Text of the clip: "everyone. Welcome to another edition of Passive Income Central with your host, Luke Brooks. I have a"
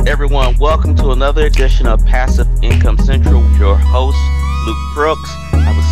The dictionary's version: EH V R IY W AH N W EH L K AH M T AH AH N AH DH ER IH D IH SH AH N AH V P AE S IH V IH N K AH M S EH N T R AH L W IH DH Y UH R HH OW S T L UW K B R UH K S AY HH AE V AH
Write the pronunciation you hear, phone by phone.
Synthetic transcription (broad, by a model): EH V R IY W AH N W EH L K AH M T AH AH N AH DH ER IH D IH SH AH N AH P AE S IH V IH N K AH M S EH N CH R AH L W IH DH Y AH R HH OW S T L UW K B R UH K S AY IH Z